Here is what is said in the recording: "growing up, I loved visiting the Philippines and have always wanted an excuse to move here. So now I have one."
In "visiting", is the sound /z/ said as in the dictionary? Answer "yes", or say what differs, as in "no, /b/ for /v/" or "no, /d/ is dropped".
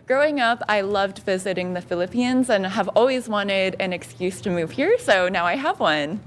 yes